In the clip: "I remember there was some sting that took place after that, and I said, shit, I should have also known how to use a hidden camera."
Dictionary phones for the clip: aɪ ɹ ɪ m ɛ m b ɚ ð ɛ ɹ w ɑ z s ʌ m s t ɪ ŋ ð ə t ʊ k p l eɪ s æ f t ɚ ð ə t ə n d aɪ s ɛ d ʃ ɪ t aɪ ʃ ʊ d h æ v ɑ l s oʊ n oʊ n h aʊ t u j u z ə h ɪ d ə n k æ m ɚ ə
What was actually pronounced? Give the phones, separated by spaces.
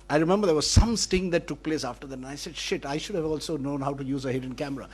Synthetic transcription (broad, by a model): aɪ ɹ ɪ m ɛ m b ɚ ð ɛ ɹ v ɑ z s ʌ m s t ɪ ŋ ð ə t ʊ k p l eɪ s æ f t ɚ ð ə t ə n aɪ s ɛ d ʃ ɪ t aɪ ʃ ʊ d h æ v ɑ l s oʊ n oʊ n h aʊ t u j u z ə h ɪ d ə n k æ m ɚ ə